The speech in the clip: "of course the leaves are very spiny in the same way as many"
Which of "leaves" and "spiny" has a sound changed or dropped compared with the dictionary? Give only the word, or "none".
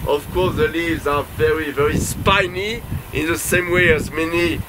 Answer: none